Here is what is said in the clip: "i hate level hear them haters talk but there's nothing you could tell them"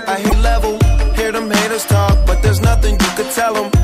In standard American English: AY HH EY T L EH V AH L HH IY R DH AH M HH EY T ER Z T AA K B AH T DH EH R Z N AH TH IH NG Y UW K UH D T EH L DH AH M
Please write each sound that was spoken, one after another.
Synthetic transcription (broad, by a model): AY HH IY L EH V AH L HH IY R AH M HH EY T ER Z T AA K B AH T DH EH R Z N AH TH IH NG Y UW K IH D T EH L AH M